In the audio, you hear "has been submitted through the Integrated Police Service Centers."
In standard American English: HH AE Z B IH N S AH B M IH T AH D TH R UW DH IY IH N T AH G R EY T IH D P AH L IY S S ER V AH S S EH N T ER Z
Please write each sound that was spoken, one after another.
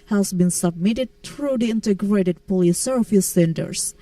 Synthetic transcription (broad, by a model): HH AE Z B IH N S AH B M IH T AH D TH R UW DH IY IH N T AH G R EY T IH D P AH L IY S S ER F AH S S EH N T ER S